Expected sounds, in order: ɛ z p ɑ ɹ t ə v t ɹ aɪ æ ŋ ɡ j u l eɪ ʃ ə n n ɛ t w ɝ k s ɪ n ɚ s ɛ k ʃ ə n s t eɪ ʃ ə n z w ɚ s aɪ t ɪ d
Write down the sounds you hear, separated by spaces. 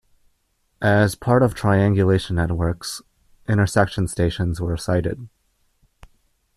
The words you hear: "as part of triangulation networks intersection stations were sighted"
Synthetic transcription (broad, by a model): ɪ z p ɑ ɹ t ə v t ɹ aɪ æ ŋ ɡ j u l eɪ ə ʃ n ɛ t w ɝ k s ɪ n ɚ s ɛ k ʃ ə n s t eɪ ʃ ə n z w ɚ s aɪ t ɪ d